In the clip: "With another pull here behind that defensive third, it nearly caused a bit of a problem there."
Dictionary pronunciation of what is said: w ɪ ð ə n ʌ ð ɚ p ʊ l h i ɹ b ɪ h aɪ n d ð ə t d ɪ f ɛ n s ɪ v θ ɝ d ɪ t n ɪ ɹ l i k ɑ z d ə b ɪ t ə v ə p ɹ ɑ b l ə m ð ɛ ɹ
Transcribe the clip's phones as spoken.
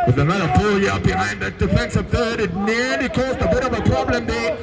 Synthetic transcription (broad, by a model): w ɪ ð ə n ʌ ɚ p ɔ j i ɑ b ɪ h aɪ n d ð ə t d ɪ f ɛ n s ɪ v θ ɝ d ɪ t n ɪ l i k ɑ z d ə b ɪ t ə v ə p ɹ ɑ b l ə m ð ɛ